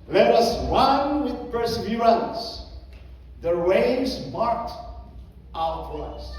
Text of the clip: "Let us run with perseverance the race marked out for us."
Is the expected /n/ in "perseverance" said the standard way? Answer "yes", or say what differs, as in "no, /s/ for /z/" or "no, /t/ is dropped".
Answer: no, /l/ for /n/